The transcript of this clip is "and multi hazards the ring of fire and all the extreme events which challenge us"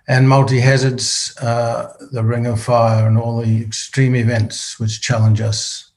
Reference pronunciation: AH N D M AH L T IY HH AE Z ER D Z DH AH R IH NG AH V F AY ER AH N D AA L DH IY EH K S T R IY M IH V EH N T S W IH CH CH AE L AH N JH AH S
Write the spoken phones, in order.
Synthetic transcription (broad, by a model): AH N M AH L T IY HH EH Z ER D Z DH AH R IH NG AH V F AY ER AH N AA L DH IY EH K S T R IY M IH V EH N T S W IH CH CH AE L AH N JH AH S